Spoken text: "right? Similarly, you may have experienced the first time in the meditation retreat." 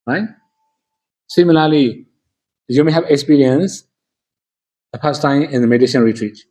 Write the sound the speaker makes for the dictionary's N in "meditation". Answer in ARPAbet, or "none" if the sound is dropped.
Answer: L